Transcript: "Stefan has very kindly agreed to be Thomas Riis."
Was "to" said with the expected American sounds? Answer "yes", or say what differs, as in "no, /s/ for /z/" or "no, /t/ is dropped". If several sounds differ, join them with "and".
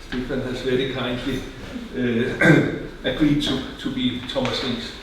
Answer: no, /s/ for /t/